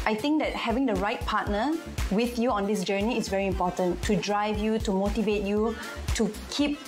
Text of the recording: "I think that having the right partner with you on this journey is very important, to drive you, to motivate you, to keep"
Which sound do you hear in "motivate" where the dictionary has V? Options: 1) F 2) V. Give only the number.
2